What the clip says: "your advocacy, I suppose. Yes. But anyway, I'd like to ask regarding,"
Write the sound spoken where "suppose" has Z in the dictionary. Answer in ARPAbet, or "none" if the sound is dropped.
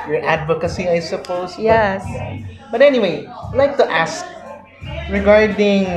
S